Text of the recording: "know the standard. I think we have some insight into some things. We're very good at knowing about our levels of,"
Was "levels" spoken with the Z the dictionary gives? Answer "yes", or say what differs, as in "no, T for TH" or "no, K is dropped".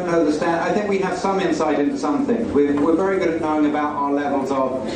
yes